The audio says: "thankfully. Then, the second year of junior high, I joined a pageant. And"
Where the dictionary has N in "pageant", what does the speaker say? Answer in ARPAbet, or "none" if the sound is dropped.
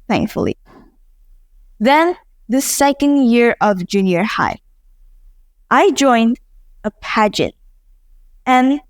N